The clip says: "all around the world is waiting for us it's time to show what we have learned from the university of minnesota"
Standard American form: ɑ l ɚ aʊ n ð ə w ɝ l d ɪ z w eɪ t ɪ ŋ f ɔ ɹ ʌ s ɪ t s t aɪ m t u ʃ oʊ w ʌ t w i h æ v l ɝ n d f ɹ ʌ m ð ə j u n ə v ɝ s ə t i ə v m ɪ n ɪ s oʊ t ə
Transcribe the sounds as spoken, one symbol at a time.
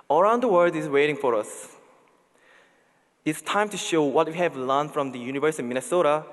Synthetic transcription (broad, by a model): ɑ ɚ aʊ n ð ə w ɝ d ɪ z w eɪ t ɪ ŋ f ɔ ɹ ʌ s ɪ t s t aɪ m t u ʃ oʊ w ʌ t w i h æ v l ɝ n f ɹ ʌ m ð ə j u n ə v ɝ s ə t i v m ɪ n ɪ s oʊ t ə